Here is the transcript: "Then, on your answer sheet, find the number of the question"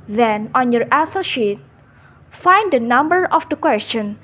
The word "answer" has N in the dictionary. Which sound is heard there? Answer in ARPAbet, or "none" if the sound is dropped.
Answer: none